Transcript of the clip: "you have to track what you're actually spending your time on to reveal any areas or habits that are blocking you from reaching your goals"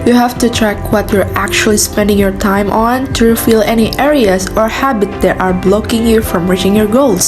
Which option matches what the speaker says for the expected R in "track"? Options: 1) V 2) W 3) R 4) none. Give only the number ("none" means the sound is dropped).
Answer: 3